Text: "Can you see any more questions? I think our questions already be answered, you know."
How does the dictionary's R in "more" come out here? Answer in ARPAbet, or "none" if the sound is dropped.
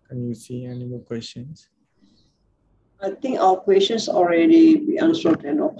L